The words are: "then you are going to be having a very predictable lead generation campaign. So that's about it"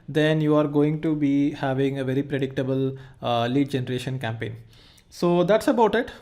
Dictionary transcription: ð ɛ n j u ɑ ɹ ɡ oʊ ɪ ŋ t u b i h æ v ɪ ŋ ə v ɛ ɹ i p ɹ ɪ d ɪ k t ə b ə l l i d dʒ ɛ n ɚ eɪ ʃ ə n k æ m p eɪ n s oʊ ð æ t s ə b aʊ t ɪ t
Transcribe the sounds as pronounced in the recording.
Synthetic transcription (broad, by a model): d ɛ n j u ɑ ɹ ɡ oʊ ɪ ŋ t u b i h æ v ɪ ŋ ə v ɛ ɹ i p ɹ ɪ d ɪ k t ə b ə l l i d dʒ ɛ n ɚ eɪ ʃ ə n k æ m p eɪ n s oʊ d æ t s ə b aʊ t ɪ t